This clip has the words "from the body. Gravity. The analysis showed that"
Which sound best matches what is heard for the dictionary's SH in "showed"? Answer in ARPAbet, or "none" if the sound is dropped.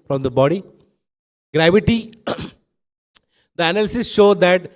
SH